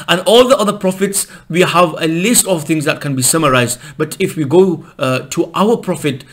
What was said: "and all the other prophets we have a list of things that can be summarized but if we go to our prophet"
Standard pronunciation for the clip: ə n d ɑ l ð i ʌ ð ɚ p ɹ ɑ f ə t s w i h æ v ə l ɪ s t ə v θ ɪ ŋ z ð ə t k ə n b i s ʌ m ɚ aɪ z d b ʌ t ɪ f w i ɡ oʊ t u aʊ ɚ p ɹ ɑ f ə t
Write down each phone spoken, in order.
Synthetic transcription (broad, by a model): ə n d ɑ l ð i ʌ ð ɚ p ɹ ɑ f ə t s w i h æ v ə l ɪ s t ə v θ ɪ ŋ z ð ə t k ə n b i s ʌ m ɚ aɪ z d b ʌ t ɪ f w i ɡ oʊ t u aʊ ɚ p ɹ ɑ f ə t